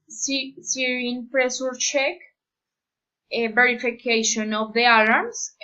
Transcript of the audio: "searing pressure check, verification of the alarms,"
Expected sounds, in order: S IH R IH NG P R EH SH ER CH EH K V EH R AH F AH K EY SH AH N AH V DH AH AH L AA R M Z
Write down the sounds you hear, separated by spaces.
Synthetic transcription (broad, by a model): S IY R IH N P R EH S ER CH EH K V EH R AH F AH K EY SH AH N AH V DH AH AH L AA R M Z